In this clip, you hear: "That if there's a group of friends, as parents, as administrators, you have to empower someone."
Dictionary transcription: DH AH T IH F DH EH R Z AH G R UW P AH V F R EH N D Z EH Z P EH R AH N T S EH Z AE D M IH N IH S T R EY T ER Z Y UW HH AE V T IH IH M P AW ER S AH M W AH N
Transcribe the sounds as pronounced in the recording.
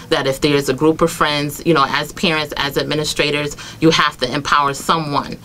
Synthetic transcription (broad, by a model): DH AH T IH F DH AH R Z AH G R UW P AH V F R EH N D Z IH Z P EH R AH N T S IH Z AE D M IH N IH S T R EY T ER Z Y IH HH AE F T IH IH M P AW ER S AH M W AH N